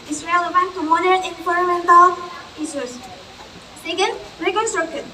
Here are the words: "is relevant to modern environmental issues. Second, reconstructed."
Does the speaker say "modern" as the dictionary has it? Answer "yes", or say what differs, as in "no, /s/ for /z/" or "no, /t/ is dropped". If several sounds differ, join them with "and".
no, /n/ is dropped